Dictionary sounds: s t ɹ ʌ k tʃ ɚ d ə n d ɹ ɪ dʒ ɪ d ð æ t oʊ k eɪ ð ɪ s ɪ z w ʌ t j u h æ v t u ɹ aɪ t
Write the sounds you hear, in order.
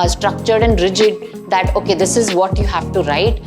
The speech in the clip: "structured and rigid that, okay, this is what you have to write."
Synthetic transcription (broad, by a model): s t ɹ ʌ k tʃ ɚ d ə n d ɹ ɪ dʒ ɪ d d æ t oʊ k eɪ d ɪ s ɪ z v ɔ t j u h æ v t u ɹ aɪ t